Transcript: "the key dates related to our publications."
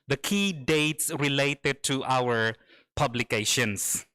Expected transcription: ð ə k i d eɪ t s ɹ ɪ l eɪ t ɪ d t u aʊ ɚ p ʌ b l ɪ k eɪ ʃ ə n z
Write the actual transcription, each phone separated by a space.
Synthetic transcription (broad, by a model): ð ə k i d eɪ t s ɹ ɪ l eɪ t ɪ d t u aʊ ɚ p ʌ b l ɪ k eɪ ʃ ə n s